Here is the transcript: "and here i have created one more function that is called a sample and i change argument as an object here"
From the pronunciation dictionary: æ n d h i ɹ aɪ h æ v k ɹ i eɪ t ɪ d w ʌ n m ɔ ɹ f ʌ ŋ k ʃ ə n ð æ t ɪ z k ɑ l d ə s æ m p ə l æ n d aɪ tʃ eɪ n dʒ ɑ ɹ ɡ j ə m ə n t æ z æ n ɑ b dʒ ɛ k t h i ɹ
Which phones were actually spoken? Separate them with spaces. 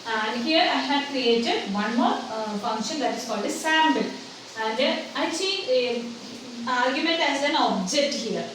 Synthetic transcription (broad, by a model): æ n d h i ɹ aɪ h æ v k ɹ i eɪ t ɪ d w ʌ n m ɔ ɹ f ʌ ŋ k ʃ ə n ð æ t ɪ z k ɑ l d ə s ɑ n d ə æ n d aɪ s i ɑ ɹ ɡ j ə m ə n t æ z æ n ɑ b dʒ ɛ k t h i ɹ